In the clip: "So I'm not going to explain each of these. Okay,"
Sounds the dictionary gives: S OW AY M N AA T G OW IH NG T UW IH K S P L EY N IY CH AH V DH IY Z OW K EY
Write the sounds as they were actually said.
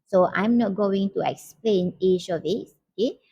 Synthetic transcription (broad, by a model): S OW AY M N AA T G OW IH NG T UW IH K S P L EY N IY SH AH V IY S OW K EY